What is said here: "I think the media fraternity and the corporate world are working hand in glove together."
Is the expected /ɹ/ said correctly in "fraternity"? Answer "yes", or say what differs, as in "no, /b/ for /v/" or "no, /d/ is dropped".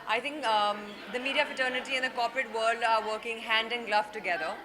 no, /ɹ/ is dropped